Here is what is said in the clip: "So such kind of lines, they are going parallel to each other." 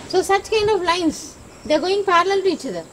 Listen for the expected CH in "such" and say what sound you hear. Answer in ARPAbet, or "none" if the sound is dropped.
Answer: CH